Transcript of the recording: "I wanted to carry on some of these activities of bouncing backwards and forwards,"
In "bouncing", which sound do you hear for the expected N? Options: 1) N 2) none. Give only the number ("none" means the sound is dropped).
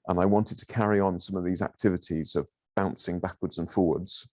1